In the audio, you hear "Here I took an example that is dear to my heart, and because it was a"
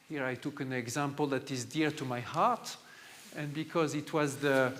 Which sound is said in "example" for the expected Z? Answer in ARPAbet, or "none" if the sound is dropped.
Z